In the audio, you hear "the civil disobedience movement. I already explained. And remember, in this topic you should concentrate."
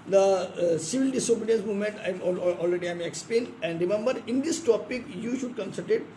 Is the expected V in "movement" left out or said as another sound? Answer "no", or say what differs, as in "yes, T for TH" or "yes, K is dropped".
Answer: yes, V is dropped